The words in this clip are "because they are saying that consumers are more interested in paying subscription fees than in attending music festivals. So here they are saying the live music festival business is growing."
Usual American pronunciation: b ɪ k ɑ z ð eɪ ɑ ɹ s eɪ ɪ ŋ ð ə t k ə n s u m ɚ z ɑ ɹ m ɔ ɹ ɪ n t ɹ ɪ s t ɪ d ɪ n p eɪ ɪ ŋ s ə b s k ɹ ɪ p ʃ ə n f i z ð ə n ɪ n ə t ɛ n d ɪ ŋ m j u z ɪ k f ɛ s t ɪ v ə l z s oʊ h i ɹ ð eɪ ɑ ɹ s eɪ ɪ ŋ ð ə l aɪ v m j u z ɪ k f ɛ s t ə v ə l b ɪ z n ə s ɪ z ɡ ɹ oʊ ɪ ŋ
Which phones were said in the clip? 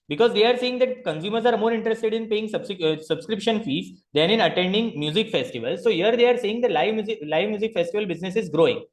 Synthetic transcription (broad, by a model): b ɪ k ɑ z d eɪ ɑ ɹ s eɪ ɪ ŋ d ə t k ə n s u m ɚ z ɑ ɹ m ɔ ɹ ɪ n t ɹ ɪ s t ɪ d ɪ n p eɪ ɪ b s ə b s k ɹ ɪ p ʃ ə n f i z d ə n ɪ n ə t ɛ n d ɪ ŋ m j u z ɪ k f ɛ s t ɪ v ə l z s oʊ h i ɹ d eɪ ɑ ɹ s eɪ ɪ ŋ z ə l aɪ v m j u z ɪ k f ɛ s t ə v ə l b ɪ z n ə s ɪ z ɡ ɹ oʊ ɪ ŋ